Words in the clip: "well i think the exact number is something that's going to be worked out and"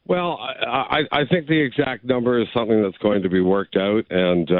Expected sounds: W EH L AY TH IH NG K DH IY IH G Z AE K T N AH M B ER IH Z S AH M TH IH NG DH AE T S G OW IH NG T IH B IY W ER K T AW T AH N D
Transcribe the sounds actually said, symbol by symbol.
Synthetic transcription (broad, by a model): W EH L AY TH IH NG K DH IY IH G Z AE K T N AH M B ER IH Z S AH M TH IH NG DH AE T S G OW IH NG T IH B IY W ER K T AW T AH N